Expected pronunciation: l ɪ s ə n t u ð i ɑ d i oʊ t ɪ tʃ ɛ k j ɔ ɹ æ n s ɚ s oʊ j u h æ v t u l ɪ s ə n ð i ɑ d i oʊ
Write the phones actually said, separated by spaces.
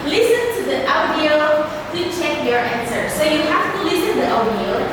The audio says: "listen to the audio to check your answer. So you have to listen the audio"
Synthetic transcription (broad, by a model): l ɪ s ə n t u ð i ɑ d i oʊ t ɪ tʃ ɛ k j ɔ ɹ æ n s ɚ s oʊ j u h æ f t u l ɪ s ə n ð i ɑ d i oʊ